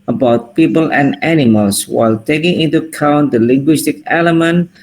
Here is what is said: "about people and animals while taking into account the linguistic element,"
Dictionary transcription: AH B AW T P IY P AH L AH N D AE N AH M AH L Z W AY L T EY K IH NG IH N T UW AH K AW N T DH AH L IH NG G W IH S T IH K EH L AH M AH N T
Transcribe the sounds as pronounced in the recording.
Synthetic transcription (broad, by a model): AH B AW T P IY P AH L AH N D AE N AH M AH L S W AY L T EY K IH NG IH N T UW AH K AW N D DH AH L IH NG G W IH S T IH K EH L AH M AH N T